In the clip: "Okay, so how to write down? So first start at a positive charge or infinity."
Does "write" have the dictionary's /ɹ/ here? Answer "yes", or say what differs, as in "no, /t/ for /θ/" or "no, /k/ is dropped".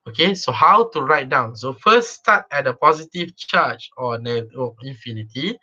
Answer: yes